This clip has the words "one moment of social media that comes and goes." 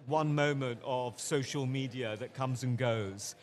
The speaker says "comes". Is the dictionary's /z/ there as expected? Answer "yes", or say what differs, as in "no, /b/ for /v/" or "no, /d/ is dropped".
yes